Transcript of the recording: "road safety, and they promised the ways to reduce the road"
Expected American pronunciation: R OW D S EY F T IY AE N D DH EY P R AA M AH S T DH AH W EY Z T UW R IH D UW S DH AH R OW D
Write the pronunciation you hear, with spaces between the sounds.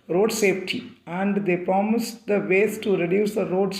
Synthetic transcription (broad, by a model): R OW D S EY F T IY AE N D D EY P R AA M AH S T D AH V EY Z T UW R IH D UW S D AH R OW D